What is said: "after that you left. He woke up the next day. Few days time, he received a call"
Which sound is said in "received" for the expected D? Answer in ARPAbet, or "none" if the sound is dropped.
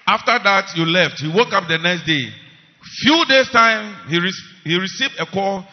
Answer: D